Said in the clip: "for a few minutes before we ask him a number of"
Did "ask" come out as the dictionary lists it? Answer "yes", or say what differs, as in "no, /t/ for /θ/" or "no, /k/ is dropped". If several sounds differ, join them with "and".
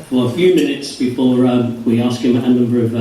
yes